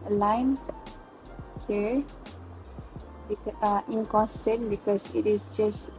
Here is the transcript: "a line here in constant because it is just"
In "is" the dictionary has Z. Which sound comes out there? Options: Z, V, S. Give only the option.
S